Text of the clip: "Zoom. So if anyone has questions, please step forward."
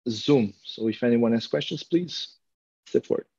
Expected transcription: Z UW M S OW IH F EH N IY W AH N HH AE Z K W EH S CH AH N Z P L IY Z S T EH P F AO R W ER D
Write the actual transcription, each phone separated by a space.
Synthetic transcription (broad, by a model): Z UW M S OW IH F EH N IY W AH N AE S K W EH S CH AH N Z P L IY Z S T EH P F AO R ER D